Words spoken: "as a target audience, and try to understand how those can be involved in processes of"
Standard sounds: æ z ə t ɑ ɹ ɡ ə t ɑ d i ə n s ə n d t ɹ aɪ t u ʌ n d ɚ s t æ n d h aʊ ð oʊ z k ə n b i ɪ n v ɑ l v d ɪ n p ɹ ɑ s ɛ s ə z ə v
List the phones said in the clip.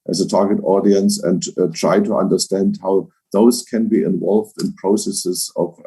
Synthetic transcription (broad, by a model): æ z ə t ɑ ɹ ɡ ə t ɑ d i ə n s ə n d t ɹ aɪ t u ʌ n d ɚ s t æ n d h aʊ ð oʊ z k ə n b i ɪ n v ɑ l v d ɪ n p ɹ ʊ s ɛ s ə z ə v